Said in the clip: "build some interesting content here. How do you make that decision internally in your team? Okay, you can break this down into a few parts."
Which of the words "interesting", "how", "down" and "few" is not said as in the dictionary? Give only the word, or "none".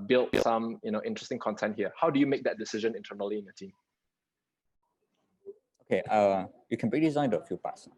down